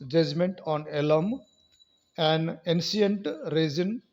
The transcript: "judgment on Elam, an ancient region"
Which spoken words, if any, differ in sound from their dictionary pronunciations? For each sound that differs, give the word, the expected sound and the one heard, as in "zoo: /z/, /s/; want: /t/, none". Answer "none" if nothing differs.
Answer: ancient: /ʃ/, /s/